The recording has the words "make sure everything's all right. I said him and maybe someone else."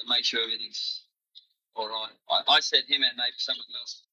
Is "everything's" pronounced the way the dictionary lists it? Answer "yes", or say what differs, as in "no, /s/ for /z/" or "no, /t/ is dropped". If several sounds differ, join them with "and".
no, /ɹ/ is dropped